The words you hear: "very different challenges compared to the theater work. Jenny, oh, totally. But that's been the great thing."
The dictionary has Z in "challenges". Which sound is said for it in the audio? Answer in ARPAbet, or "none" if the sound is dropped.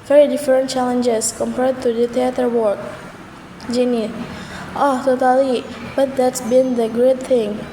S